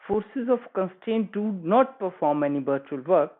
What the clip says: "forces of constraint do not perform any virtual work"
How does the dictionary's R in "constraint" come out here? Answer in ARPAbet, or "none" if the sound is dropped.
none